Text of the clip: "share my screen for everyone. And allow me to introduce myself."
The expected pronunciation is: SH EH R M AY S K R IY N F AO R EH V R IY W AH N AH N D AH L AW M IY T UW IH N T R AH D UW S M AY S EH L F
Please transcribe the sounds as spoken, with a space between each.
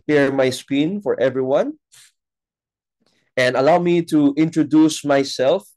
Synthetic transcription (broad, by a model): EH R M AY S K IY N F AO R EH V R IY W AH N AH N D AH L AW M IY T UW IH N T R AH D UW S M AY S EH L F